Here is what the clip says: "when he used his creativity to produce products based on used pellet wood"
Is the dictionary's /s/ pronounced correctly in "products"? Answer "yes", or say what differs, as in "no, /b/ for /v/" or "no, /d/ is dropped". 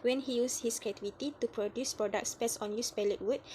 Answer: yes